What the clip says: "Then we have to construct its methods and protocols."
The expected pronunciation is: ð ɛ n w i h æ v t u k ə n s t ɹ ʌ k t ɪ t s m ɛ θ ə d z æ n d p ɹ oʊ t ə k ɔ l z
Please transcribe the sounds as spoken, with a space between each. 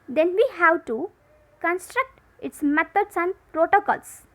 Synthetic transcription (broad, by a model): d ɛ n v i h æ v t u k ə n s t ɹ ʌ k t ɪ t s m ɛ t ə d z æ n d p ɹ oʊ t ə k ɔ l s